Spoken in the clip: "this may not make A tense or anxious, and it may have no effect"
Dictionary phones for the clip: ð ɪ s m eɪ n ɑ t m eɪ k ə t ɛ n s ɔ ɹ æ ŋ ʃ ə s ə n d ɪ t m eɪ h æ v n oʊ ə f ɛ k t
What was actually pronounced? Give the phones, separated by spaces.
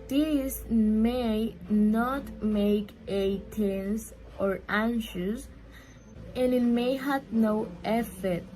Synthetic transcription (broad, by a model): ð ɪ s m eɪ n ɑ t m eɪ k ə t ɛ n s ɔ ɹ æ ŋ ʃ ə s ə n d ɪ t m eɪ h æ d n oʊ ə f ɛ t